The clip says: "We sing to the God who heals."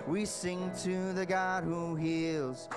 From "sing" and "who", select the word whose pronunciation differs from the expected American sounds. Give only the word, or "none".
none